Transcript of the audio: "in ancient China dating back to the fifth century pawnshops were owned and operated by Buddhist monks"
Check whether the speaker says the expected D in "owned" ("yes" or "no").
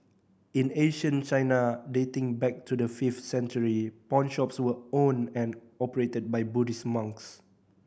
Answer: no